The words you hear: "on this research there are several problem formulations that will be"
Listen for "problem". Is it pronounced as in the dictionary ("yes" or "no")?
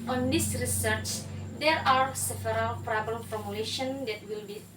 no